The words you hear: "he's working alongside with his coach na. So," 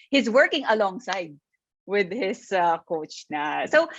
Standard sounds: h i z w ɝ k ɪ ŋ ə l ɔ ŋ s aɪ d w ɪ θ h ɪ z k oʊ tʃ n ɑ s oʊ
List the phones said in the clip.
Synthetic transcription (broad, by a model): h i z w ɝ k ɪ ŋ ə l ɔ ŋ s aɪ d w ɪ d h ɪ s k oʊ tʃ n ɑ s oʊ